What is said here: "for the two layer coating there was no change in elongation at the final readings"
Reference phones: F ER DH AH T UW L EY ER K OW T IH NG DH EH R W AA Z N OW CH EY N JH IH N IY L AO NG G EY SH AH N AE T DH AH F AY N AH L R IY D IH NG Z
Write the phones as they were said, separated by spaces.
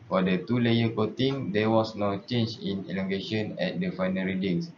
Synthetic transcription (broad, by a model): F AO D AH T UW L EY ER K OW T IH NG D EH W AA S N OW CH EY N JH IH N IY L AO NG G EY SH AH N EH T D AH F AY N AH R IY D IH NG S